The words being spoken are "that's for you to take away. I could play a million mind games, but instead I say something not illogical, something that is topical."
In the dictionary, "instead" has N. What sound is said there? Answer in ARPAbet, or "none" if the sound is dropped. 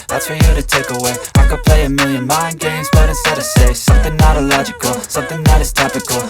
none